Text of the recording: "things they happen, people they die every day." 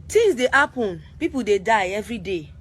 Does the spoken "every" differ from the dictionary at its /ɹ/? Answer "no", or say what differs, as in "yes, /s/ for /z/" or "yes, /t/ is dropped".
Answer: no